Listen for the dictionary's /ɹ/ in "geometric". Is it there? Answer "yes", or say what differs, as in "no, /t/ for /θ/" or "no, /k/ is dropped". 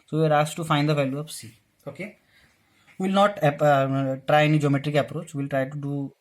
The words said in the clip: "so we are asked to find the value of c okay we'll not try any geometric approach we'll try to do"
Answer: yes